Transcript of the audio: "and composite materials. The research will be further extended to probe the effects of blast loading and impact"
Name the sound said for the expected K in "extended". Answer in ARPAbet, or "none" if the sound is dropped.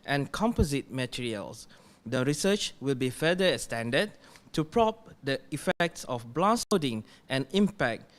none